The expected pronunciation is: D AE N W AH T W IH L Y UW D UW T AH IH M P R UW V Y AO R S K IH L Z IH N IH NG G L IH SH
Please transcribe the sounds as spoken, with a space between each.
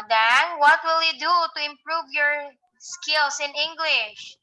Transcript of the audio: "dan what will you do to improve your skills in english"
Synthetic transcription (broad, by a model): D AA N W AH T W IH L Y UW D UW T AH IH M P R UW V Y AO R S K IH L S IH N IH NG G L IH SH